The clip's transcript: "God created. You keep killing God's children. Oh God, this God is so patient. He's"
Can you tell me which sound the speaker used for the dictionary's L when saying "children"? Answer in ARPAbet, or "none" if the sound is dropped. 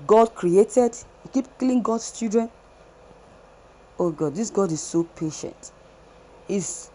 none